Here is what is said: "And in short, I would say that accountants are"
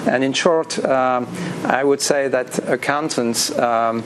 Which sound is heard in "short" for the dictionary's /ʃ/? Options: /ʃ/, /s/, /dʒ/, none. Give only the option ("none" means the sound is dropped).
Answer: /ʃ/